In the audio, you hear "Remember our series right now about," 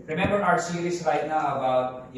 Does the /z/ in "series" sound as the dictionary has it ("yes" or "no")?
no